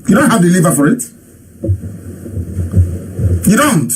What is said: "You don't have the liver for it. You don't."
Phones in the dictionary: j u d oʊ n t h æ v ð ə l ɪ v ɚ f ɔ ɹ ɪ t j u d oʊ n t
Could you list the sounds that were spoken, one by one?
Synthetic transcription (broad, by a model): j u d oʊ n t h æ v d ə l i v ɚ f ɔ ɹ ɪ t j u d oʊ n t